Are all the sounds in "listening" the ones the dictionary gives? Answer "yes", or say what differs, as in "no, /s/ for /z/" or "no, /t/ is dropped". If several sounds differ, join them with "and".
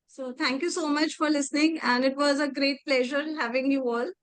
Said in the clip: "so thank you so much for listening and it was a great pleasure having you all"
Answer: yes